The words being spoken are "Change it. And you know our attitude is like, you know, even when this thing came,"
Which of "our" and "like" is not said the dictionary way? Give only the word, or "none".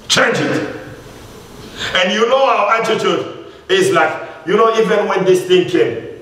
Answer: our